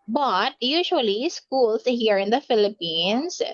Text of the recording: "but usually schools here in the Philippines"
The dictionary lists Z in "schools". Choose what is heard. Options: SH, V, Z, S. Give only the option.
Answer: S